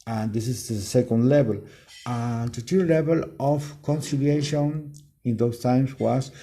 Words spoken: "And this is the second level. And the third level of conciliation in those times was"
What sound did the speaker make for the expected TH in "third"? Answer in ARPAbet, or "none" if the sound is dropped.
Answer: T